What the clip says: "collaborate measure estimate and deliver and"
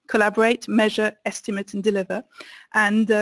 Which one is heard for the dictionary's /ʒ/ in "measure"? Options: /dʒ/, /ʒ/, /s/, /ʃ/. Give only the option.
/ʒ/